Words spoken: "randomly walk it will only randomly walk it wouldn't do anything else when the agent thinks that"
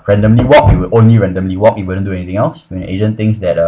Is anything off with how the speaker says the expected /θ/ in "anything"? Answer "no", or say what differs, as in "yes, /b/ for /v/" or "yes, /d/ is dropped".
yes, /t/ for /θ/